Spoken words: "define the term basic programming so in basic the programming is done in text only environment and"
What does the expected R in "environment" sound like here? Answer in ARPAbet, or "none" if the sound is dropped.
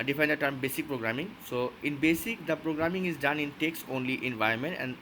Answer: none